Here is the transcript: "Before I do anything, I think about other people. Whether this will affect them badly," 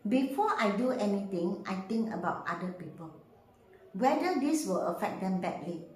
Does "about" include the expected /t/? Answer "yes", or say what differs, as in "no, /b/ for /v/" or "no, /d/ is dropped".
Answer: yes